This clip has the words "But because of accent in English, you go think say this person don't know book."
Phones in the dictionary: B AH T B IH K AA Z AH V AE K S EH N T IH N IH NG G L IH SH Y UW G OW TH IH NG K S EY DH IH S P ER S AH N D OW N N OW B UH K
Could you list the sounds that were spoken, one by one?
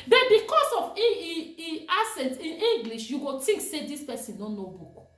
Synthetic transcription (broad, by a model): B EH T B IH K AA S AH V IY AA S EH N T IH N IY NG G L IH SH Y UW G OW T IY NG K S EY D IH S P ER S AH N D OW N N OW B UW K